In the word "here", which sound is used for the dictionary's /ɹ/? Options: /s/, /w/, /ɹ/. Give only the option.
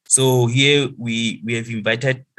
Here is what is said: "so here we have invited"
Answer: /w/